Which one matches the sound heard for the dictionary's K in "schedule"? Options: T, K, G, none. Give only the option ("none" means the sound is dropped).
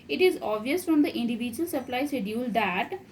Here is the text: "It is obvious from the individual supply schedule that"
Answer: none